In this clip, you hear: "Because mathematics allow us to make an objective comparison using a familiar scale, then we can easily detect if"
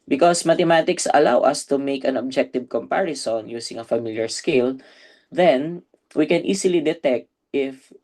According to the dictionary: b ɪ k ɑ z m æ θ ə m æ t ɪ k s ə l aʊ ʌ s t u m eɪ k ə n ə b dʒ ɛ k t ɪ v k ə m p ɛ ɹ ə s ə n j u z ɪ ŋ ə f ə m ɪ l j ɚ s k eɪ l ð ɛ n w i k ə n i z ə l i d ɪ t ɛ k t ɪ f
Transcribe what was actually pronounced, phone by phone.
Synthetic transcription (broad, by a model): b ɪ k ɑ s m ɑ t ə m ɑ t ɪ k s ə l aʊ ʌ s t u m eɪ k ə n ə b dʒ ɛ k t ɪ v k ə m p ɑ ɹ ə s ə n j u s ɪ ŋ ə f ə m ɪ l j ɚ s k eɪ l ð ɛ n w i k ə n i s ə l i d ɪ t ɛ k t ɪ f